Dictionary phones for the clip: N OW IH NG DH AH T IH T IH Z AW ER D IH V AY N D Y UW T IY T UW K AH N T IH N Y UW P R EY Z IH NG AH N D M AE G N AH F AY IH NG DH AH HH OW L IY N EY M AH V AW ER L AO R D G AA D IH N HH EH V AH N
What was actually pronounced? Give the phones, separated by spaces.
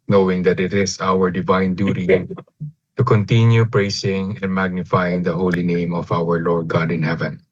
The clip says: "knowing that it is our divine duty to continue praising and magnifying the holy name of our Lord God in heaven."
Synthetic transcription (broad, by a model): N OW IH NG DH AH T IH T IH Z AW ER D IH V AY N D Y UW T IY T UW K AH N T IH N Y UW P R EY S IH NG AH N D M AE G N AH F AY IH NG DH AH HH OW L IY N EY M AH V AW ER L AO R D G AA D IH N HH EH V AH N